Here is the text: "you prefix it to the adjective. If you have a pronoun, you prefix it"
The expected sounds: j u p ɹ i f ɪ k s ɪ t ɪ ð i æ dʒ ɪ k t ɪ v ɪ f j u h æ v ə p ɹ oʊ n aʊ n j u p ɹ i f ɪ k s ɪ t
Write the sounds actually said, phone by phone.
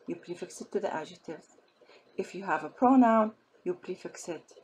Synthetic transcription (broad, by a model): j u p ɹ i f ɪ k s ɪ t ɪ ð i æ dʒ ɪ t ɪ v ɪ f j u h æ v ə p ɹ oʊ n aʊ n j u p ɹ i f ɪ k s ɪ t